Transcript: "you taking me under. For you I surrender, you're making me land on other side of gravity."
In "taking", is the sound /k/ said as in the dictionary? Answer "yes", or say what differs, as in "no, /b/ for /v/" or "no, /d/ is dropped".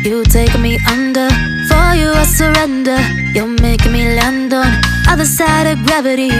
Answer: no, /k/ is dropped